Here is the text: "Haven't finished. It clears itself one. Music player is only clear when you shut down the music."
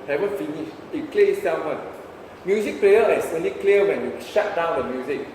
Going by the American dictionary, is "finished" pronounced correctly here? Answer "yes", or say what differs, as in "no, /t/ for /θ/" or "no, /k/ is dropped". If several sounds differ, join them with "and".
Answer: no, /t/ is dropped